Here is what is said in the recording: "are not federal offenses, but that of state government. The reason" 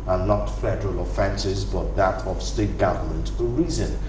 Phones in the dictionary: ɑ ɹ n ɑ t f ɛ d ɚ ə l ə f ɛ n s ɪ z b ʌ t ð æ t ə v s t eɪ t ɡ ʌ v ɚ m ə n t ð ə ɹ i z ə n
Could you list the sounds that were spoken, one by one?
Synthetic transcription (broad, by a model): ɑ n n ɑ t f ɛ d ɚ ə l ə f ɛ n s ɪ z b ʌ t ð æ t ə v s t eɪ t ɡ ʌ v ɚ m ə n t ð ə ɹ i z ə n